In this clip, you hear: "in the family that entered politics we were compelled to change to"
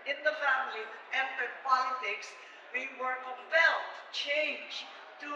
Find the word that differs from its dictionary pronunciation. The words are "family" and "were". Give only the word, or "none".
family